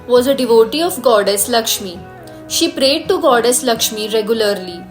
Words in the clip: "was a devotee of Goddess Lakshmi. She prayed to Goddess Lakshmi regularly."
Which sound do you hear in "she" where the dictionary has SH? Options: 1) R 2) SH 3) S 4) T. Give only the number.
2